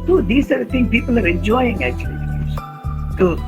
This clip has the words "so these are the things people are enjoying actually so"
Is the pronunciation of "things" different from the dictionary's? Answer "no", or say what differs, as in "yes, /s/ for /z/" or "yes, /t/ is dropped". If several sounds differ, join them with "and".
yes, /z/ is dropped